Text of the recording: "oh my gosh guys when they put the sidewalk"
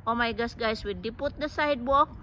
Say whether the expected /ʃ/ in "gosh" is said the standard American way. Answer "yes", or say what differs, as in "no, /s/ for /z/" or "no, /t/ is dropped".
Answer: no, /s/ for /ʃ/